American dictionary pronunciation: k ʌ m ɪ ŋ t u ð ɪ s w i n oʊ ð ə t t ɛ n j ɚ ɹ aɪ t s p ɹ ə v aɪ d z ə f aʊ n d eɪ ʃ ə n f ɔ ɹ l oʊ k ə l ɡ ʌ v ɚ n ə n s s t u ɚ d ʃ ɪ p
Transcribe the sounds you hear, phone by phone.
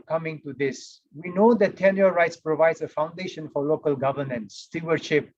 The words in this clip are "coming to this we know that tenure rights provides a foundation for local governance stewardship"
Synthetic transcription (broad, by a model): k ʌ m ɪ ŋ t u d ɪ s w i n oʊ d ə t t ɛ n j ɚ ɹ aɪ t s p ɹ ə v aɪ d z ə f aʊ n d eɪ ʃ ə n f ɔ ɹ l oʊ k ə l ɡ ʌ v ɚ n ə n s s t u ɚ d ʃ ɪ p